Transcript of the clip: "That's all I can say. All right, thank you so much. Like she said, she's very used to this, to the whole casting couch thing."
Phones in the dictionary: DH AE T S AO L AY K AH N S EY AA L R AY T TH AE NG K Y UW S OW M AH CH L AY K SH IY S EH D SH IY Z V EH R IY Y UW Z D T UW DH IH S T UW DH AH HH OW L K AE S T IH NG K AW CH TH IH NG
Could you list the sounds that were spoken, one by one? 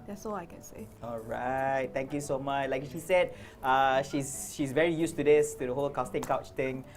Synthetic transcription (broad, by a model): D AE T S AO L AY K AH N S EY AA L R AY T T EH NG K Y UW S OW M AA CH L AY K SH IY S EH D SH IY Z V EH R IY Y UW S T UW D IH S T UW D AH HH OW L K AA S T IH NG K AW CH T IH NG